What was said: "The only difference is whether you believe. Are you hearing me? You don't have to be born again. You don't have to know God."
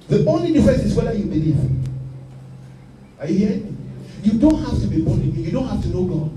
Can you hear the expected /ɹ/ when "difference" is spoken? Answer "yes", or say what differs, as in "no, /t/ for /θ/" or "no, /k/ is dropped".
no, /ɹ/ is dropped